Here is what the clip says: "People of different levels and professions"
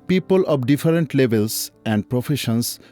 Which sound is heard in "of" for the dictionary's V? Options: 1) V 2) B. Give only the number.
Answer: 2